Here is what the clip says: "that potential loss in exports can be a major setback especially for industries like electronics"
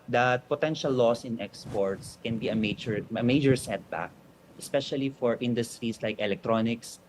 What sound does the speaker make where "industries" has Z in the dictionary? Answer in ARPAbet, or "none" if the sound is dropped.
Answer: S